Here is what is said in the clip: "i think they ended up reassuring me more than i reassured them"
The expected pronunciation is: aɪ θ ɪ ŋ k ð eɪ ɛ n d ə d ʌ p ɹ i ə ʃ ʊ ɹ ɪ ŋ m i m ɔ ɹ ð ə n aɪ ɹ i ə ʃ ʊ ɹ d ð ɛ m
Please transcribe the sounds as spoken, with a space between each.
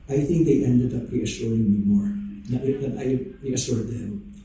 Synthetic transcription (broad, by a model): aɪ θ ɪ ŋ k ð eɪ ɛ n d ə d ʌ p ɹ i ə ʃ ʊ ɹ ɪ ŋ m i m ɔ ɹ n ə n aɪ ɹ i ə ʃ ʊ ɹ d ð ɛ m